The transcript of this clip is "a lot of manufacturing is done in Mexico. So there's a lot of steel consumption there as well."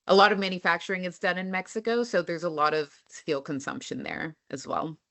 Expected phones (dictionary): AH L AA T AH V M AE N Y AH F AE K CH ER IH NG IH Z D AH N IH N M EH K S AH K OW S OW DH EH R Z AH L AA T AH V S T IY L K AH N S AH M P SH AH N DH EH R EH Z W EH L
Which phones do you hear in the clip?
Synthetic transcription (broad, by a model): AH L AA T AH V M AE N Y AH F AE K CH ER IH NG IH S D AH N IH N M EH K S AH K OW S OW DH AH R Z AH L AA T AH V S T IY L K AH N S AH M P SH AH N DH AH R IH Z W EH L